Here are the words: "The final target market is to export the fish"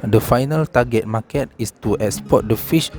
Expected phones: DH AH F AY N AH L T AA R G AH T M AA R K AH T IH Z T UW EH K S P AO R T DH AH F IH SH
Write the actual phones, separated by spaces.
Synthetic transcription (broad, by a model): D AH F AY N AH L T AA G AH T M AA K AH T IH S T UW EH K S P AO T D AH F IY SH